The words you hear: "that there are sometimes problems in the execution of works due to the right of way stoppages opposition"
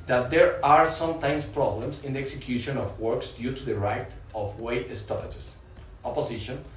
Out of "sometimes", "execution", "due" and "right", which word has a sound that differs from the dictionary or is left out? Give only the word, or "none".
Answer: sometimes